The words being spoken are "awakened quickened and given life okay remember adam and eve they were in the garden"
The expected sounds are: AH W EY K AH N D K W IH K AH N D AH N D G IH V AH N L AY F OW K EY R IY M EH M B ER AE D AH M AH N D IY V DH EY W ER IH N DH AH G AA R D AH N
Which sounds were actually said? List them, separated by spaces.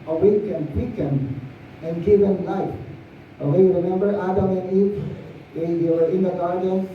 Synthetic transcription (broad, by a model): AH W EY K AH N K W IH K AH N AH N G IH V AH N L AY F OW EY R IY M EH M B ER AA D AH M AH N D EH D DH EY W ER IH N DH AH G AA R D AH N